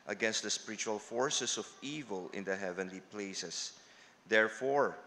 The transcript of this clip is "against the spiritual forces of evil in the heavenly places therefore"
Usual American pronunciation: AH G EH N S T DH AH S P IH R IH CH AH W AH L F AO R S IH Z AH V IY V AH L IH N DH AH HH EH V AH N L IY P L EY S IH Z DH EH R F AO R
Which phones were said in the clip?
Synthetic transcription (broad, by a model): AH G EH N S T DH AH S P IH R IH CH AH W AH L F AO R S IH S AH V IY V AH L IH N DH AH HH EH V AH N L IY P L EY S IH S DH EH R F AO R